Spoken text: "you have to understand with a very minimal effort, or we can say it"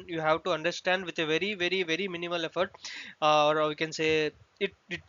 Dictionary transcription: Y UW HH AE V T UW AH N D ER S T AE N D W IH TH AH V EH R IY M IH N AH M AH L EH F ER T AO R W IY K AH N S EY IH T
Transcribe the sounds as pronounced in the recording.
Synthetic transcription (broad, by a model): Y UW HH AE V T UW AH N D ER S T AE N D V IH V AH V EH R IY M IH N AH M AH L EH F ER T AO R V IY K AH N S EY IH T